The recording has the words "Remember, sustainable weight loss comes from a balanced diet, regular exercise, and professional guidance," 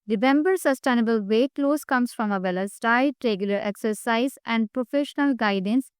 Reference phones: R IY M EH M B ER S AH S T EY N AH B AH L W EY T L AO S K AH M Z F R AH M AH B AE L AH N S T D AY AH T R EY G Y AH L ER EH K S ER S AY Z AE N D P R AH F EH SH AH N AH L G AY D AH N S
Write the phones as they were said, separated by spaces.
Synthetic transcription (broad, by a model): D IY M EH M B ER S AH S T EY N AH B AH L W EY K L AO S K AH M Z F R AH M AH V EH L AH S T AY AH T R EY G Y AH L ER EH K S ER S AY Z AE N D P R AH F EH SH AH N AH L G AY D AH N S